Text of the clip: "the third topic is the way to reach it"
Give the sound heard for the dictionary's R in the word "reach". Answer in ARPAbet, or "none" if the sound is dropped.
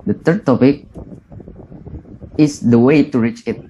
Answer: R